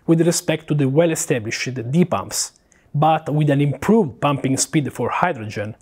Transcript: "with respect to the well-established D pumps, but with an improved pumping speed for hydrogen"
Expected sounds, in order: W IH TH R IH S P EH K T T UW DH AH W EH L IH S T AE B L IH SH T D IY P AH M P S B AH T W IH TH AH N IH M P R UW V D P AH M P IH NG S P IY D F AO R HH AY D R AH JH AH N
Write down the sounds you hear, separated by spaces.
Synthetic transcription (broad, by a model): W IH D R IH S P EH K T T UW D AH W EH L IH S T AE B L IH SH D IY P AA M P S B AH T W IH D AH N IH M P R UW V D P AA M P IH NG S P IY D F AO R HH AY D R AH JH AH N